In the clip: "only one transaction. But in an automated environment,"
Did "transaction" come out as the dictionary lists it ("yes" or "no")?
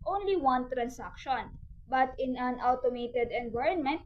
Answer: no